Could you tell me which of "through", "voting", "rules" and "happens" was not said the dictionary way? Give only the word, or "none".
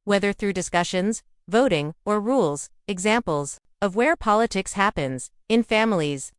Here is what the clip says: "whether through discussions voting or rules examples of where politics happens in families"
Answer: none